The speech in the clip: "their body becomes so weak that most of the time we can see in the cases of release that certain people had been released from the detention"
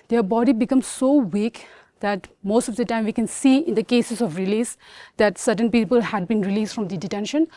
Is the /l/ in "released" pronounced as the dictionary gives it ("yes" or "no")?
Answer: yes